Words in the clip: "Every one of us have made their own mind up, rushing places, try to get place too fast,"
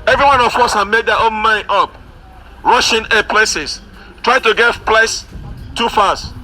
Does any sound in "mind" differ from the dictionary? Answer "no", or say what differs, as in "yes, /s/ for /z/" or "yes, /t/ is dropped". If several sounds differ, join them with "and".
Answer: yes, /d/ is dropped